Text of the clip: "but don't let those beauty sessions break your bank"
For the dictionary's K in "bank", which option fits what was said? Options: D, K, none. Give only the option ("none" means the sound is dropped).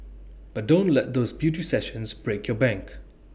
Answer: K